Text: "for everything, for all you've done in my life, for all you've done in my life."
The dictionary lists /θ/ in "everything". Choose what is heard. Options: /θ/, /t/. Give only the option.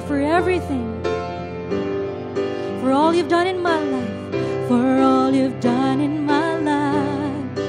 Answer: /θ/